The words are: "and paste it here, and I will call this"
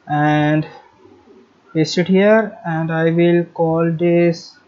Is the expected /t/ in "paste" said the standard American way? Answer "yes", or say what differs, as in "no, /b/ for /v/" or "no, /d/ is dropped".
no, /t/ is dropped